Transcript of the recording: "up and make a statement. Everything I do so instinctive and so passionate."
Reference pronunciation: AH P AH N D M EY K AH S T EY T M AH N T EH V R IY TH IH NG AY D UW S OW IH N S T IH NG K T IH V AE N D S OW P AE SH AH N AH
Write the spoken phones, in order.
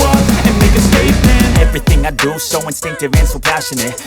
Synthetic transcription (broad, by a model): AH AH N M EY K AH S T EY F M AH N EH V R IY TH IH NG AY D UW S OW IH N S T IH NG K T IH V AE N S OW P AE SH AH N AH